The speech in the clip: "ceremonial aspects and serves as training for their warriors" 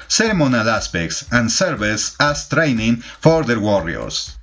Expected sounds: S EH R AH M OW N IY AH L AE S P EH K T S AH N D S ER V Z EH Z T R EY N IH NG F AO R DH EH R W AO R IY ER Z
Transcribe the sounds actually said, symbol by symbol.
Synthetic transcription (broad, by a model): S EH R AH M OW N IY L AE S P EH K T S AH N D S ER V S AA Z T R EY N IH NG F AO R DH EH R W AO R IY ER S